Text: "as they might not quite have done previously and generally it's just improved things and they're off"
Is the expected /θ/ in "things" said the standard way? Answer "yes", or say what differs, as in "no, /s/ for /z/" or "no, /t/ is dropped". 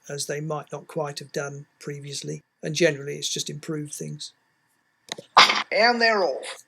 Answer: yes